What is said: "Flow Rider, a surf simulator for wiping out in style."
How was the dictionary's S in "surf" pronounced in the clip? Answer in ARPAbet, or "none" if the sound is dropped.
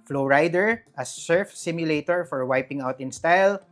S